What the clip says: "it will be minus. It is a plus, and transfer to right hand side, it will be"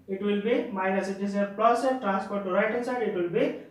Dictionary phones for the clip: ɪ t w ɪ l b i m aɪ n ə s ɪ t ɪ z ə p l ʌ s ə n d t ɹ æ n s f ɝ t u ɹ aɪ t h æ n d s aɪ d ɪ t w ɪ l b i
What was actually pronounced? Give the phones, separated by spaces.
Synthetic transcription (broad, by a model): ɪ t w ɪ l b i m aɪ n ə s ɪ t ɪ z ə p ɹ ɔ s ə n t ɹ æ n s p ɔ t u ɹ aɪ t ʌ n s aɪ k ɪ t w ɪ l b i